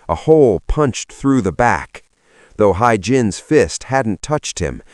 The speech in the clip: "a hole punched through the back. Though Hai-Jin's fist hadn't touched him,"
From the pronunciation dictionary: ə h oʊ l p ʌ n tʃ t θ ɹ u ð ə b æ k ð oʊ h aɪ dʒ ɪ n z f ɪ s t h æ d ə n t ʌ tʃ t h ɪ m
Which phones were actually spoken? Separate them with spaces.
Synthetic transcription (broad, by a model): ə h oʊ l p ʌ n tʃ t θ ɹ u ð ə b æ k ð oʊ h aɪ dʒ ɪ n z f ɪ s t h æ d n t ʌ tʃ t h ɪ m